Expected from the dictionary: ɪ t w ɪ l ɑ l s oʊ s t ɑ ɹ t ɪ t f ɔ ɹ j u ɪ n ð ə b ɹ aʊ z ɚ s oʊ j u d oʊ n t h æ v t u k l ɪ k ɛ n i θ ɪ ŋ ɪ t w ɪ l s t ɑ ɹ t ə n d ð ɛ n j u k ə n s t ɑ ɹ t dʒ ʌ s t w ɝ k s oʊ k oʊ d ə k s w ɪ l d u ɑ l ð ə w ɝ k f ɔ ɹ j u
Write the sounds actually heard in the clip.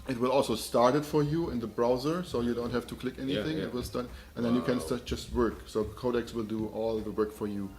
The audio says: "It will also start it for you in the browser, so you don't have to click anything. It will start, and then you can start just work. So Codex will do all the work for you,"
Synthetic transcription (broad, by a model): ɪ t w ɪ l ɑ l s oʊ s t ɑ ɹ t ɪ t f ɔ ɹ j u ɪ n ð ə b ɹ aʊ z ɚ s oʊ j u d oʊ n t h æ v t u k l ɪ k ɛ n i θ ɪ ŋ ɪ t w ɪ l s t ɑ ɹ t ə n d ð ɛ n j u k ə n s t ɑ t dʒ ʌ s t w ɝ k s oʊ k oʊ d ə k s w ɪ l d u ɑ l ð ə w ɝ k f ɔ ɹ j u